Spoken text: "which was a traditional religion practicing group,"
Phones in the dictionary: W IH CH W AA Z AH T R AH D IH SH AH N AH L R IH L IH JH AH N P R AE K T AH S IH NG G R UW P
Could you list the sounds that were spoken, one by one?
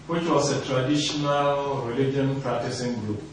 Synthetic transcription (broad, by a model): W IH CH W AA S AH T R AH D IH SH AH N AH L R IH L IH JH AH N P R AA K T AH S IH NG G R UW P